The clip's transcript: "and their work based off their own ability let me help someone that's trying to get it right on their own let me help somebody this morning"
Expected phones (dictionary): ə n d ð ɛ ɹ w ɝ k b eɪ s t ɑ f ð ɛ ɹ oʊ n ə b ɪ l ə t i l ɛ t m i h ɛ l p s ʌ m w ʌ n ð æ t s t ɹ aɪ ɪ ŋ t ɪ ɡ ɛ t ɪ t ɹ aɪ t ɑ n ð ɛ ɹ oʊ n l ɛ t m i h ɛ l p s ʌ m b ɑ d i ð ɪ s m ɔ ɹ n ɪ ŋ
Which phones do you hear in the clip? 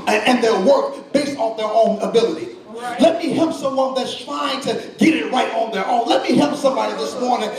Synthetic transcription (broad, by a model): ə n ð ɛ ɹ w ɝ k b eɪ s t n ð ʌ ɹ oʊ n ə b ɪ l ə t i l ɛ t m i h ɛ l p s ʌ m w ʌ n ð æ t s t ɹ aɪ ɪ ŋ t ɪ ɡ ɛ t ɪ t ɹ aɪ t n ð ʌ ɹ oʊ n l ɛ t m i h ɛ l p s ʌ m b ɑ d i ð ɪ s m ɔ ɹ n ɪ ŋ